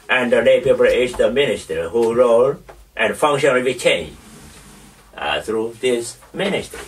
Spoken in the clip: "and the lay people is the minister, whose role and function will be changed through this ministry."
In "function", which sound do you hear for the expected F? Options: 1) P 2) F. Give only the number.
2